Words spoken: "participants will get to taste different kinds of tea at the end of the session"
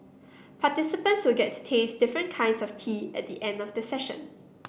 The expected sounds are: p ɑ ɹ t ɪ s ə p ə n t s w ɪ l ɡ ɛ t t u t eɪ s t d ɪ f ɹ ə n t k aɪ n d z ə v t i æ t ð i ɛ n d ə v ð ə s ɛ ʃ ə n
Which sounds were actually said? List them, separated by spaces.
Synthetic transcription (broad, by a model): p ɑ t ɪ s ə p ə n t s w ɪ l ɡ ɛ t t u t eɪ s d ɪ f ɹ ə n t k aɪ n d s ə f t i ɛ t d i ɛ n d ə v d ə s ɛ ʃ ə n